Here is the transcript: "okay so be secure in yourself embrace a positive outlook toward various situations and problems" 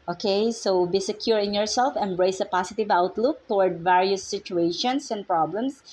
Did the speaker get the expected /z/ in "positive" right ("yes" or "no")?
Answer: no